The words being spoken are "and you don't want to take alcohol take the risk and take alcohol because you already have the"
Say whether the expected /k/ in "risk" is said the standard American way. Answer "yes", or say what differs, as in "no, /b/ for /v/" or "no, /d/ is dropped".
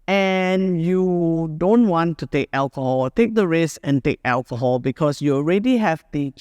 no, /k/ is dropped